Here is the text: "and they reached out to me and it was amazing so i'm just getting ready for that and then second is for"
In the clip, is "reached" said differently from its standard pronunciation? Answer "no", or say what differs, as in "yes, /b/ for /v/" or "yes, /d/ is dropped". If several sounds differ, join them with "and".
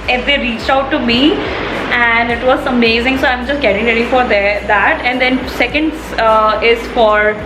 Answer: no